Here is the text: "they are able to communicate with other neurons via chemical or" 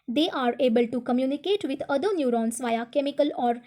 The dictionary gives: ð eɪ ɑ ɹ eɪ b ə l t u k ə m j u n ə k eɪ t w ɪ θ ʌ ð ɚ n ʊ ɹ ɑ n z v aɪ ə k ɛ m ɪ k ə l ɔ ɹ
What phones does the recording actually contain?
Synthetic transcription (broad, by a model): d eɪ ɑ ɹ eɪ b ə l t u k ə m j u n ə k eɪ t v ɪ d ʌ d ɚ n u ɹ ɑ n s v aɪ ə k ɛ m ɪ k ə l ɔ ɹ